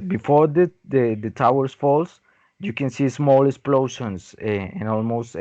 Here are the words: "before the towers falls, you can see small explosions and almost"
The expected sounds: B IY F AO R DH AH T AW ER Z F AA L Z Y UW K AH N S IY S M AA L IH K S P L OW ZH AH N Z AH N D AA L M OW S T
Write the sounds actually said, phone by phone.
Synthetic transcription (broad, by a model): B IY F AO R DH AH T AW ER S F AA L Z Y UW K AH N S IY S M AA L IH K S P L OW SH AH N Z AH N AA L M OW S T